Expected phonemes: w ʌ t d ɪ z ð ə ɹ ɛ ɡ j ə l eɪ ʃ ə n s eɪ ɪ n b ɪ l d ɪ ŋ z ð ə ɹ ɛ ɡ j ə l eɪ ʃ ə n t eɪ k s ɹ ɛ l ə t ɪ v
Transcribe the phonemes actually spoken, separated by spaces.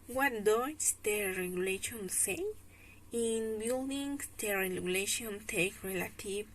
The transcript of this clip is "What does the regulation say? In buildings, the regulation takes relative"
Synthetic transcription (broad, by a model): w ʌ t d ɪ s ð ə ɹ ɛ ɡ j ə l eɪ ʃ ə n s eɪ ɪ n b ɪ l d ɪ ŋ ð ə ɹ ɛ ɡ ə l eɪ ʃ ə n t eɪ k ɹ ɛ l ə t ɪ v